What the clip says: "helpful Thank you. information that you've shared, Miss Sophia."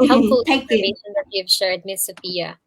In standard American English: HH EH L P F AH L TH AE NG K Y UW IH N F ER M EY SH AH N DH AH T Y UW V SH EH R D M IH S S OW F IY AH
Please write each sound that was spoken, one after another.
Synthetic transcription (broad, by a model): HH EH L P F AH L T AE K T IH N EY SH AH N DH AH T Y UW V SH EH R D M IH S S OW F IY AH